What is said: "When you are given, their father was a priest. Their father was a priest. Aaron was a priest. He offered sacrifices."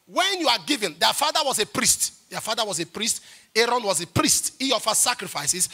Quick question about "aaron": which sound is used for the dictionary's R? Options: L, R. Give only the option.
R